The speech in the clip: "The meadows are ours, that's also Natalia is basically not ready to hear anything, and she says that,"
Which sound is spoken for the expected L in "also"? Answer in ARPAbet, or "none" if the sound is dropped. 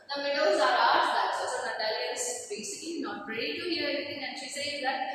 none